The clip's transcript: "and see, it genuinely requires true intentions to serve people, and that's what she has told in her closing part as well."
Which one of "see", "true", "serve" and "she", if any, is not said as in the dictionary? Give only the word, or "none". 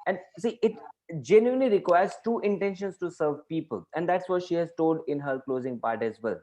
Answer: true